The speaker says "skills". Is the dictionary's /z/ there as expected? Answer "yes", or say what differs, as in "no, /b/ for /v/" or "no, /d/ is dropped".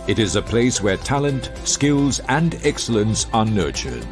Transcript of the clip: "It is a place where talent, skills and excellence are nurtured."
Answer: yes